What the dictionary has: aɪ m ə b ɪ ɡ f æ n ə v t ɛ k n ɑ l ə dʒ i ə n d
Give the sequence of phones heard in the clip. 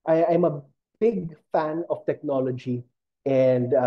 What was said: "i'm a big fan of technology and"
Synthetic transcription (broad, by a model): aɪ m ə b ɪ ɡ f æ n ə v t ɛ k n ɑ l ə dʒ i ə n d